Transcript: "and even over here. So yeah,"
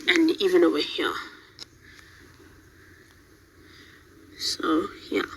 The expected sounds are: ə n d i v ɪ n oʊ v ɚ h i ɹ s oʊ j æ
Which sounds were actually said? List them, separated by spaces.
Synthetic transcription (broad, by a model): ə n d i v ɪ n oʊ w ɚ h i s oʊ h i